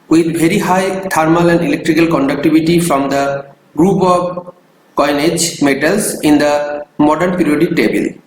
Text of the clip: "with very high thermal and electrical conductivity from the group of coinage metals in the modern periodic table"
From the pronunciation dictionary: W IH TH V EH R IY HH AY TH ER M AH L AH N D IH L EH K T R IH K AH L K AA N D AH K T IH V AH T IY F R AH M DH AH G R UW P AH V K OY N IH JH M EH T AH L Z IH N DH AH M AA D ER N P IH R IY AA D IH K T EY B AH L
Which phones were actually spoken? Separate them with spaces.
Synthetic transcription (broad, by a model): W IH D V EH R IY HH AY T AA M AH L AH N D IH L EH K T R IH K AH L K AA N D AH K T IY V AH T IY F R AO M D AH G R UW P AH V K OY N IH JH M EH T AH L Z IH N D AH M AA D ER N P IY R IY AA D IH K T EY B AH L